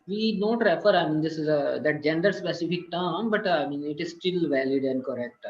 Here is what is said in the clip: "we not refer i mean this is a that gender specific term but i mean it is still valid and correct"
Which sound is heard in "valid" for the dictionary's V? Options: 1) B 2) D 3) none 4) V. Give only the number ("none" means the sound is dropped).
4